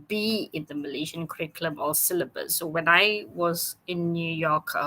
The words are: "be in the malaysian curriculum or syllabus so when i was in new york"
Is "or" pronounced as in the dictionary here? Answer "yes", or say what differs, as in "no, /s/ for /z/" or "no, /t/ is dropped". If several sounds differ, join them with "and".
no, /l/ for /ɹ/